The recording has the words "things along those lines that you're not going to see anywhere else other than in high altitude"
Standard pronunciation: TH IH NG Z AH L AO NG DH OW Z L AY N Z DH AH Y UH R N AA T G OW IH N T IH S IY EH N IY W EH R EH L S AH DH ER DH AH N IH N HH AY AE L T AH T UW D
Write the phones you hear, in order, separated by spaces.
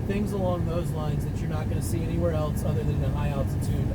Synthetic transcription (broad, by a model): TH IH NG Z AH L AO NG DH OW Z L AY N Z DH AH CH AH R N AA T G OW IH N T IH S IY EH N IY W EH R EH L S AH DH ER DH AH N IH HH AY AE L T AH T UW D